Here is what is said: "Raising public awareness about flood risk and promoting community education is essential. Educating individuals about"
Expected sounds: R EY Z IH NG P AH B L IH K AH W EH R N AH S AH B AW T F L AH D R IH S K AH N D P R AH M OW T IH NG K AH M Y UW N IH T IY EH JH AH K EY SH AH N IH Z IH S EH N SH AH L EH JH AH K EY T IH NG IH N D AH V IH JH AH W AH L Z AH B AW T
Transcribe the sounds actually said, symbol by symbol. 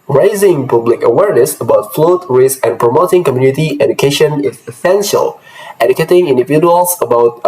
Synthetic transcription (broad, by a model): R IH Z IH NG P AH B L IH K AH W EH R N AH S AH B AW T F L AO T R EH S AH N P R AH M OW T IH NG K AH M Y UW N IH T IY EH JH AH K EY SH AH N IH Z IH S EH N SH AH L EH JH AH K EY T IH NG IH N D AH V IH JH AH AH L S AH B AW T